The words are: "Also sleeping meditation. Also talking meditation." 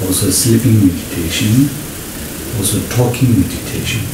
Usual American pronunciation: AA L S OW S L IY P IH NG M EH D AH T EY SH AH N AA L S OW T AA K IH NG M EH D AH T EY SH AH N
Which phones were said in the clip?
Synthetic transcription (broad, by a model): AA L S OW S IY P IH NG M EH D AH T EY SH AH N AA L S OW T AA K IH NG M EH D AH T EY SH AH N